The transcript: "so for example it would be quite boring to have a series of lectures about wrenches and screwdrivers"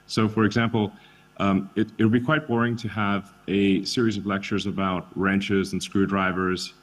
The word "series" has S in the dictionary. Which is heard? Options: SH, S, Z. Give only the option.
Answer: S